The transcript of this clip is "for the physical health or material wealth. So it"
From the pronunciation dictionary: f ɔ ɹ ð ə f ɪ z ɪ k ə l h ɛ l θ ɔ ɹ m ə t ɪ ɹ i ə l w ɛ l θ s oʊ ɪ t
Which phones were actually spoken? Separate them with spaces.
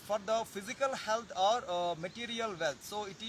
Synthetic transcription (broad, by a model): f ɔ ɹ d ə f ɪ z ɪ k ə l h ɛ l t ɔ ɹ m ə t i ɹ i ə l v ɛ l t s oʊ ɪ t